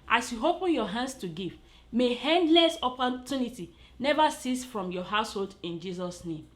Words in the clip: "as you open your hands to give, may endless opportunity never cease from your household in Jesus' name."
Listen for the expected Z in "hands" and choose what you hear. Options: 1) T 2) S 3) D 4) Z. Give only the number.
2